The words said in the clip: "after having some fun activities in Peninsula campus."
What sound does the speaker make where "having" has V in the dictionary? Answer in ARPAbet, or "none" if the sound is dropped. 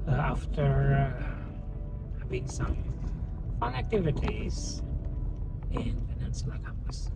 B